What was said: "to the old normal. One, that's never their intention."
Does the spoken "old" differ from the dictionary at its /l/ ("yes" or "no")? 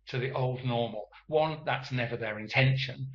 no